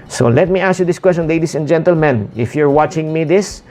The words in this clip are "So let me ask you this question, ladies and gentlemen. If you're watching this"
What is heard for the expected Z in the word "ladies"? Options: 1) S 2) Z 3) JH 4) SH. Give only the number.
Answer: 1